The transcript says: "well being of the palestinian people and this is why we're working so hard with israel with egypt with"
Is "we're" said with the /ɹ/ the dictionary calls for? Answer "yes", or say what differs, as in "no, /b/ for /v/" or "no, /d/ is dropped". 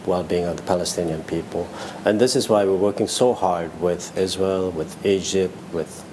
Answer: yes